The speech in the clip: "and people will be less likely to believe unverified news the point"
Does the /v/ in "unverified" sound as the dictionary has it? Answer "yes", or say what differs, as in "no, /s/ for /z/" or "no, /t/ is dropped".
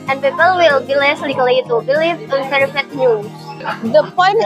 no, /p/ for /v/